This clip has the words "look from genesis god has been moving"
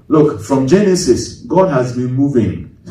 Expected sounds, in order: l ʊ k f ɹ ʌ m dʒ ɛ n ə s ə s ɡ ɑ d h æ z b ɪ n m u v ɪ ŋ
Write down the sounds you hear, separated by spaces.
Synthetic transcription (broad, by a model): l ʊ k f ɹ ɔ m dʒ ɛ n ə s ə s ɡ ɑ d h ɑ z b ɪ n m u v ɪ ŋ